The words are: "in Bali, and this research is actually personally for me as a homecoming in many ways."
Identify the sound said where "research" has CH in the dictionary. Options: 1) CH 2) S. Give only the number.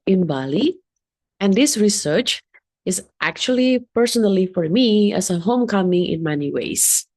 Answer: 1